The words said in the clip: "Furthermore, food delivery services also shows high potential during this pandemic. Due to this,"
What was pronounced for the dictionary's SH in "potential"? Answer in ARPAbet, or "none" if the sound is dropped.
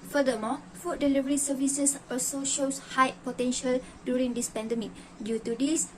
SH